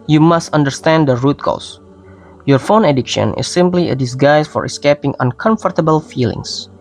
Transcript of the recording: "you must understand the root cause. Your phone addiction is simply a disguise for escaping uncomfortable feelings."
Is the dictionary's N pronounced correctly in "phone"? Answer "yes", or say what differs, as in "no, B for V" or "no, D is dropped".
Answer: yes